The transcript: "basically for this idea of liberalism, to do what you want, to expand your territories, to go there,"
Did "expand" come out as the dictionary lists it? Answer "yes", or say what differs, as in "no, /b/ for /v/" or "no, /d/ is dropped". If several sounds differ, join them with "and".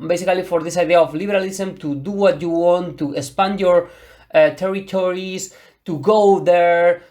no, /k/ is dropped